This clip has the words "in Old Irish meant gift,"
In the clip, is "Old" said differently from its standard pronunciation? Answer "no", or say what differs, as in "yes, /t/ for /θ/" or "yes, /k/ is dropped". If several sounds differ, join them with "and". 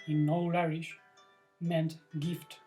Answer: yes, /d/ is dropped